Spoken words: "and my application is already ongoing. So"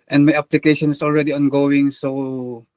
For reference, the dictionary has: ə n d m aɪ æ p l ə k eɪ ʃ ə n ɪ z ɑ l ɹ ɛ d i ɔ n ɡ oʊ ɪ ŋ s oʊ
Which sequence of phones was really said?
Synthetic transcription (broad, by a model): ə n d m aɪ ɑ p l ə k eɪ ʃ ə n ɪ s ɑ l ɹ ɛ d i ɔ n ɡ oʊ ɪ ŋ s oʊ